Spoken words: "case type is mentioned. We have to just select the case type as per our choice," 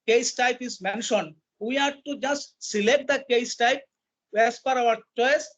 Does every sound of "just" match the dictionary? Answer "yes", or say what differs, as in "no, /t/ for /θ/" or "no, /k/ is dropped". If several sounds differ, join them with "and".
yes